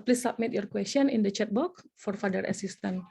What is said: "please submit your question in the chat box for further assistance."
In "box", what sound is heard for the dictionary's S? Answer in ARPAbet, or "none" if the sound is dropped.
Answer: none